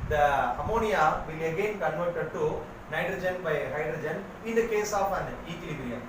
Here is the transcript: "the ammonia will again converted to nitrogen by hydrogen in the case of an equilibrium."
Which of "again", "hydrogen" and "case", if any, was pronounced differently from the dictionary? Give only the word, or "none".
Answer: none